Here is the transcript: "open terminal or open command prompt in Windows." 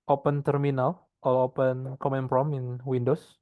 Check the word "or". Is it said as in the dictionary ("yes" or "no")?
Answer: no